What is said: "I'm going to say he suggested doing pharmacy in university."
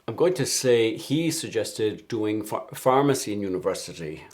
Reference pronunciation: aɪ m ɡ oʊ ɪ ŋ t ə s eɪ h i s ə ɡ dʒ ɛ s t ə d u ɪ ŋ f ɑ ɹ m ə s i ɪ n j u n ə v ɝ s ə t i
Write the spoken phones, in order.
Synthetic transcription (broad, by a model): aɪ m ɡ oʊ ɪ ŋ t ə s eɪ h i s ə ɡ dʒ ɛ s t ə d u ɪ ŋ f ɑ ɹ m ə s i ɪ n j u n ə v ɝ s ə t i